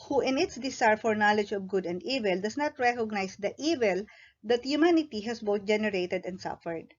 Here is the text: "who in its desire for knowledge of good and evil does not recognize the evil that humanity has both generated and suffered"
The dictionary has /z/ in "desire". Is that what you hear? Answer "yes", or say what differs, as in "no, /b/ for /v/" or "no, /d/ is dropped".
no, /s/ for /z/